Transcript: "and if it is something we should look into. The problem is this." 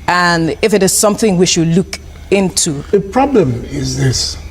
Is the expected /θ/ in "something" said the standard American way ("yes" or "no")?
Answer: yes